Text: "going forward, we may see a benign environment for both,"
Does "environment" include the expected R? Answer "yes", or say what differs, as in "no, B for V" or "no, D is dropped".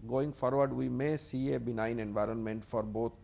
yes